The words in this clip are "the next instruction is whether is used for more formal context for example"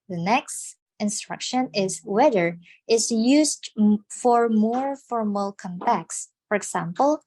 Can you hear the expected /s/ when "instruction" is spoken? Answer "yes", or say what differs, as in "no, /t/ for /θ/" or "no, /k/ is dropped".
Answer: yes